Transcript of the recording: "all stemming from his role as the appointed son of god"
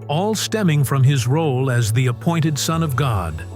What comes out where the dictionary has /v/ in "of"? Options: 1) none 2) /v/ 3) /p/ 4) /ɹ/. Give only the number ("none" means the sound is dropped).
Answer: 2